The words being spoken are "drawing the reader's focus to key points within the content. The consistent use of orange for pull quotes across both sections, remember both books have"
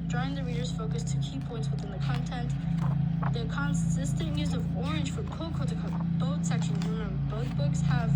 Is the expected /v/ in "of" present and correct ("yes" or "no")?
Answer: yes